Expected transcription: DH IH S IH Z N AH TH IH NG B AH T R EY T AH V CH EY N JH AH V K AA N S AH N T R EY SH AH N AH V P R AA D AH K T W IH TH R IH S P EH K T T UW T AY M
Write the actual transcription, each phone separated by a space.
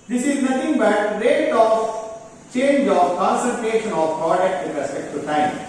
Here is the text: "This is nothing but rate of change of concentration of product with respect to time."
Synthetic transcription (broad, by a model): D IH S IH Z N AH T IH NG B AH T R EY T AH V CH EY N JH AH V K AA N S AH L T EY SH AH N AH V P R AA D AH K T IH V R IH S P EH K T T UW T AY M